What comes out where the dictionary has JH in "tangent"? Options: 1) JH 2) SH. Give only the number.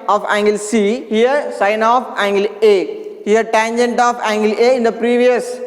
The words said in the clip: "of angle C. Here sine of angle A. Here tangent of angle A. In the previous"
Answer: 1